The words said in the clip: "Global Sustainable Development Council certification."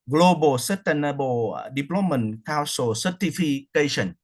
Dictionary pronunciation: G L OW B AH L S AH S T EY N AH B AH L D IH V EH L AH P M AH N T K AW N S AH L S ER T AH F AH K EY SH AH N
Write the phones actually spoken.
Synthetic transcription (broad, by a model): G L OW B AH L S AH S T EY N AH B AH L D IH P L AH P M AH N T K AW S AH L S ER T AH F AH K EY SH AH N